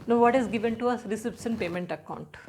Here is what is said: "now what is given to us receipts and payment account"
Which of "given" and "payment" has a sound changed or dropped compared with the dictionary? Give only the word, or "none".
none